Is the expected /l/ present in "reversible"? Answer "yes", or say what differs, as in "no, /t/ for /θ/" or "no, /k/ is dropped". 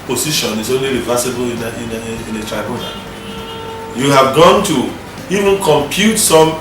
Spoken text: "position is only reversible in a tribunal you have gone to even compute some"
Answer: no, /n/ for /l/